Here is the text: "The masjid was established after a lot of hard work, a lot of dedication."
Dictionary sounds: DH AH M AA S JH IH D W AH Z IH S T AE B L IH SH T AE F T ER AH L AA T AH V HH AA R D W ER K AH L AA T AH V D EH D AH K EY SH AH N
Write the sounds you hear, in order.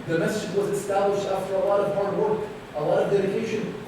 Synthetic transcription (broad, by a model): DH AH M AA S IH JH W AH Z IH S T AE B L IH SH T AE F T ER AH L AA T AH V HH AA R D W ER K AH L AA T AH V D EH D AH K EY SH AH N